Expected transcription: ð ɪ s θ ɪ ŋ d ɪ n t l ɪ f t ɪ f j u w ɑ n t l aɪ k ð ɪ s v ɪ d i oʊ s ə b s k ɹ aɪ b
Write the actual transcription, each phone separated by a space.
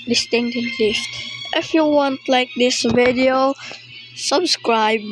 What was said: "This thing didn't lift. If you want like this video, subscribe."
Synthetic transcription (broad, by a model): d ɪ s t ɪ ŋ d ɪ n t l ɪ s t ɪ f j u w ɑ n t l aɪ k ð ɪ s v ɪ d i oʊ s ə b s k ɹ aɪ b